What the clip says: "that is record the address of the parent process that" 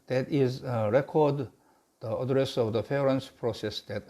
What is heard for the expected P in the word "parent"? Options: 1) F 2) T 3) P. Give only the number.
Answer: 1